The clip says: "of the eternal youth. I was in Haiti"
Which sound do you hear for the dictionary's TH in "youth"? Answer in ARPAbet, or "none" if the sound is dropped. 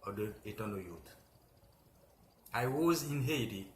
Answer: T